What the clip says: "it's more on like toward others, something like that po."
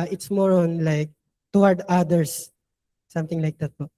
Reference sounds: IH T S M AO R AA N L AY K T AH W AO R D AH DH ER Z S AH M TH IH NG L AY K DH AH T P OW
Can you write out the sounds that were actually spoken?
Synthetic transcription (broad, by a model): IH T S M AO R AA N L AY K T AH W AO R D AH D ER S S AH M T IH NG L AY K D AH T P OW